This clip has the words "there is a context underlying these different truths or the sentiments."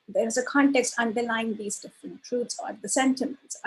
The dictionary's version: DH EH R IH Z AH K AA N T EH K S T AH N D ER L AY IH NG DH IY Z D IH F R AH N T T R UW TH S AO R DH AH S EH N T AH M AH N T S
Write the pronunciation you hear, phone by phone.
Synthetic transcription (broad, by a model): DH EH R IH Z AH K AA N T EH K S T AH N D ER L AY IH NG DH IY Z D IH F R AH N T T R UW T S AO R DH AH S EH N T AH M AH N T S